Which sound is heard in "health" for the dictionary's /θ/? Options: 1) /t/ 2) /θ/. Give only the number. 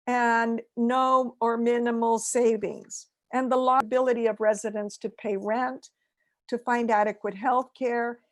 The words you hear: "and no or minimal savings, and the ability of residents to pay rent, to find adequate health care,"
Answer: 2